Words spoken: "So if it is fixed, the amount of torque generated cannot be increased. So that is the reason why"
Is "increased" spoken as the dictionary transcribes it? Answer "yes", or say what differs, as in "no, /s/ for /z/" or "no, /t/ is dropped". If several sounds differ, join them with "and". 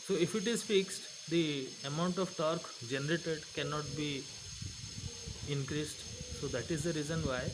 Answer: yes